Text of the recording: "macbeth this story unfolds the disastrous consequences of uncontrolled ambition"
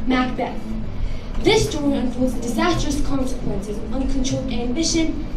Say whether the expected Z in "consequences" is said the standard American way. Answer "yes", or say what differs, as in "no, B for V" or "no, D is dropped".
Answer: yes